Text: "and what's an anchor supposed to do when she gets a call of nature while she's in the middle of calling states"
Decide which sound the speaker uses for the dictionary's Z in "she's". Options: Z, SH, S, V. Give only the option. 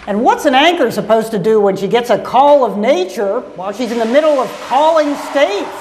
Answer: Z